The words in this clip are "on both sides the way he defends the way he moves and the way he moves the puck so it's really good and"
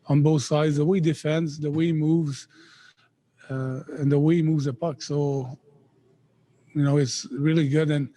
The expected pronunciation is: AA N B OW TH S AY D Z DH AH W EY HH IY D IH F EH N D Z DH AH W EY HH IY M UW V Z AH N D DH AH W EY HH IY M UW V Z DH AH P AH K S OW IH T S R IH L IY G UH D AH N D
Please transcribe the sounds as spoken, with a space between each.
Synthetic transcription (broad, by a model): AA N B OW TH S AY D Z DH AH W EY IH D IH F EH N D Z DH AH W EY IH M UW V Z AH N DH AH W EY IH M UW V Z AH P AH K S OW IH T S R IH L IY G UH D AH N